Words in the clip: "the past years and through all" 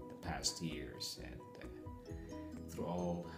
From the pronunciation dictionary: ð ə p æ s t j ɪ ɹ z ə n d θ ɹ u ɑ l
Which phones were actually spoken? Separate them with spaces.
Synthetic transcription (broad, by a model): ð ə p æ s t j ɪ ɹ z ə n θ ɹ u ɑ l